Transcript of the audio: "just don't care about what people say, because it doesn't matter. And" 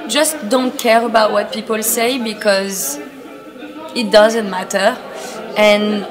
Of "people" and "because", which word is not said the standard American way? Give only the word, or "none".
none